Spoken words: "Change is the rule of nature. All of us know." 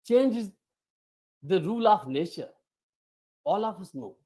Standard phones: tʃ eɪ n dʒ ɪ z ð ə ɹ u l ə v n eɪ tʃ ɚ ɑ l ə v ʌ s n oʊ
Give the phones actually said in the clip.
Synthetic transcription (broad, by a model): tʃ eɪ n dʒ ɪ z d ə ɹ u l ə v n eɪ ʃ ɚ ɑ l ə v ʌ s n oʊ